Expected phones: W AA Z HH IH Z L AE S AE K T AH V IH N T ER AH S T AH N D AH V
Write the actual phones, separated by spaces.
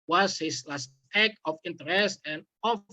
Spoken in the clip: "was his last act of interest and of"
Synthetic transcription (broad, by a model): W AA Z HH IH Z L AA S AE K AH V IH N T ER AH S T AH N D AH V